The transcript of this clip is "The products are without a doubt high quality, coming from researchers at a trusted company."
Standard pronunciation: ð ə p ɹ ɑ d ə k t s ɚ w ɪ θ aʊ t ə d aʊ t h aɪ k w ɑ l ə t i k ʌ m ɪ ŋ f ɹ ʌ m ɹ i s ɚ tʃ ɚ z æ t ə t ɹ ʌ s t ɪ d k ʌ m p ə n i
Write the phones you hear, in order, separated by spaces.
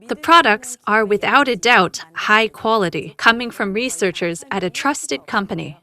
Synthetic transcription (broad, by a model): ð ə p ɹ ɑ d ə k t s ɚ w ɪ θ aʊ t ə d aʊ t h aɪ k w ɑ l ə t i k ʌ m ɪ ŋ f ɹ ʌ m ɹ i s ɚ tʃ ɚ z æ t ə t ɹ ʌ s t ɪ d k ʌ m p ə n i